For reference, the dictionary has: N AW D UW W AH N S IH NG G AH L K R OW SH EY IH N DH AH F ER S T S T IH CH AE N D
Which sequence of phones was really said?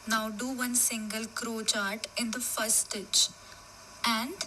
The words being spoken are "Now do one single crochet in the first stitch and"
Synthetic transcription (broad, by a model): N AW D UW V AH N S IH NG G AH L K R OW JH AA IH N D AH F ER T S T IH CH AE N D